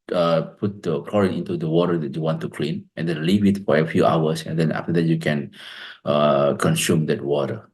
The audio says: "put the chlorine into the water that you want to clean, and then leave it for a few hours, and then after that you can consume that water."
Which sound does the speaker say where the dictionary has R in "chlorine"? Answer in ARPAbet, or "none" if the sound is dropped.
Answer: R